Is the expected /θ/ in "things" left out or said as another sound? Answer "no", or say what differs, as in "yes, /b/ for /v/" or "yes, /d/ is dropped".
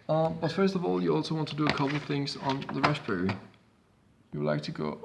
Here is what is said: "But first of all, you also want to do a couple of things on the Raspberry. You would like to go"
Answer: no